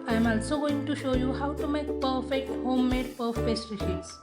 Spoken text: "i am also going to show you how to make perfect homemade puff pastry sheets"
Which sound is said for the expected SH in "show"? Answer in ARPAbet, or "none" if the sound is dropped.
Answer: SH